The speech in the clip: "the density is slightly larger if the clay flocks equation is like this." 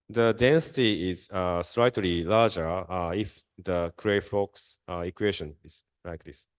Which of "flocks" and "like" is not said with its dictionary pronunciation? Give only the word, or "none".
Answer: flocks